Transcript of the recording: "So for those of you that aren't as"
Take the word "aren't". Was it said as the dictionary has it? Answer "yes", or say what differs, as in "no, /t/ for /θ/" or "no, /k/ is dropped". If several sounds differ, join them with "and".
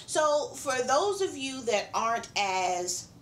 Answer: yes